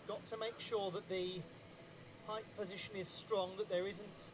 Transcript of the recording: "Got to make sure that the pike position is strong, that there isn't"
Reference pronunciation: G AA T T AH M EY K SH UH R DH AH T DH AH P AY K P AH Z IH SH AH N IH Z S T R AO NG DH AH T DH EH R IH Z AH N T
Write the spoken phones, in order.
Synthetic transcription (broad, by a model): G AA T T AH M EY K SH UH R DH AH T DH AH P AY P P AH Z IH SH AH N IH Z S T R AO NG DH AH T DH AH R IH Z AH N T